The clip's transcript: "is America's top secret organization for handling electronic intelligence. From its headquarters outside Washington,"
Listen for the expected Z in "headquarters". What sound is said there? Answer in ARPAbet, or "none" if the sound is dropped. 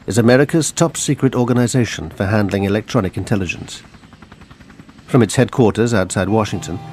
Z